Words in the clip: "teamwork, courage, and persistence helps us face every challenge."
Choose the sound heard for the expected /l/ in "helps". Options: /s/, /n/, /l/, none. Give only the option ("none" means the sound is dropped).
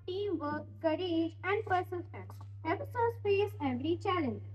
none